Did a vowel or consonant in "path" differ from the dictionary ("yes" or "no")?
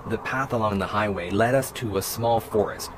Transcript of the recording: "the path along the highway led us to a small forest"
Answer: no